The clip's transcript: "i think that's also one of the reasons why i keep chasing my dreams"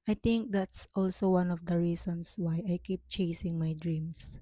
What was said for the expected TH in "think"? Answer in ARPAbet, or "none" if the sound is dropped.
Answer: T